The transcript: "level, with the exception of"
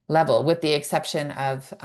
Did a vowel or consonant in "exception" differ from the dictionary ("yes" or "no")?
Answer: no